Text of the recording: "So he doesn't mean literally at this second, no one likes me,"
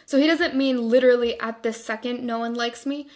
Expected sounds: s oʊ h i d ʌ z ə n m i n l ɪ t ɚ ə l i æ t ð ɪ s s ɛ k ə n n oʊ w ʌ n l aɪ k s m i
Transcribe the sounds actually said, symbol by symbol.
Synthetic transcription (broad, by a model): s oʊ h i d ʌ z ə n m i n l ɪ t ɚ l i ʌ t ð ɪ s s ɛ k ə n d oʊ w ʌ n l aɪ k s m i